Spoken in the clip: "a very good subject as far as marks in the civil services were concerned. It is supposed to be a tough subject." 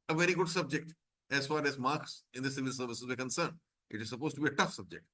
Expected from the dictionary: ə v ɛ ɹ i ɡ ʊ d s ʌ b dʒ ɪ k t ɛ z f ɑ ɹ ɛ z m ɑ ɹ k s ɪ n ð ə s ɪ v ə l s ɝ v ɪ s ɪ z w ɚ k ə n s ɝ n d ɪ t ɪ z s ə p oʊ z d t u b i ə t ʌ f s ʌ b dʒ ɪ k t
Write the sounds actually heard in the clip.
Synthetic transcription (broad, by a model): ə v ɛ ɹ i ɡ ʊ d s ʌ b dʒ ɪ k t ɛ z f ɑ ɹ ɛ z m ɑ ɹ k s ɪ n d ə s ɪ v ə l s ɝ v ɪ s ɪ z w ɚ k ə n s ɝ n d ɪ t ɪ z s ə p oʊ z t u b i ə t ʌ f s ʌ b dʒ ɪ k t